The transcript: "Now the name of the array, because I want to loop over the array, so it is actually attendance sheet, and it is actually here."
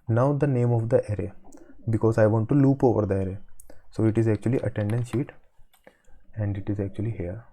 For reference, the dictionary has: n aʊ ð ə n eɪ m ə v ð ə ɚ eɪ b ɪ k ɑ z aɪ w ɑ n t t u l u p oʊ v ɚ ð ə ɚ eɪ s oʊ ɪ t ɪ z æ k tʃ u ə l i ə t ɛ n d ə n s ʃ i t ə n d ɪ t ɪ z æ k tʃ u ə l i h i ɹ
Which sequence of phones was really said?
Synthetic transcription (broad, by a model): n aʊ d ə n eɪ m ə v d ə ɚ eɪ b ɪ k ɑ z aɪ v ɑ n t t u l u p oʊ v ɚ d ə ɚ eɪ s oʊ ɪ t ɪ z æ k tʃ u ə l i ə t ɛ n d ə n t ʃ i t ə n d ɪ t ɪ z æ k tʃ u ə l i h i ɹ